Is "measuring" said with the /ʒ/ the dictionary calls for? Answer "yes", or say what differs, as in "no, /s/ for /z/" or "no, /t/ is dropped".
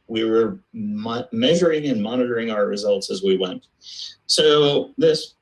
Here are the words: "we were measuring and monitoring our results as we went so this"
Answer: yes